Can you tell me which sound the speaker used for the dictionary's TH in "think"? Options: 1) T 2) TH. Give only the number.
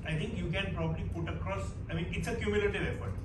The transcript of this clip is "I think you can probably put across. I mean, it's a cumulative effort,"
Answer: 1